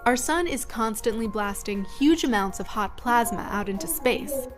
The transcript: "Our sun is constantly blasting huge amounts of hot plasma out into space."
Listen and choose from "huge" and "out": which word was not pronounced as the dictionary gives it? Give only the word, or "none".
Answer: none